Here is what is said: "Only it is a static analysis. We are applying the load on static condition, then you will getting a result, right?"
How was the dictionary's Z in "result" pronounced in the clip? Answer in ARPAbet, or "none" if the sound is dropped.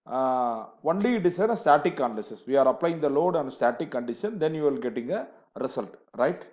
S